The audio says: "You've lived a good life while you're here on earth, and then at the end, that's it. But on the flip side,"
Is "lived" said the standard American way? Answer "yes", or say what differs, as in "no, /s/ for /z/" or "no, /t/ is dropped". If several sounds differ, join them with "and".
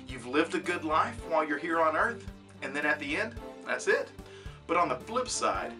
yes